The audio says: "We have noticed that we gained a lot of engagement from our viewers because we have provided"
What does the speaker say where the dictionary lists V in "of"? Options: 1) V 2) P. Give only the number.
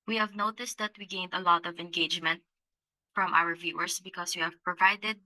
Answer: 1